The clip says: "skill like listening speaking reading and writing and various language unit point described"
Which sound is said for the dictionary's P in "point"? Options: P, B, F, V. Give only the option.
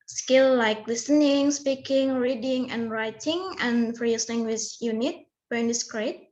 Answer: B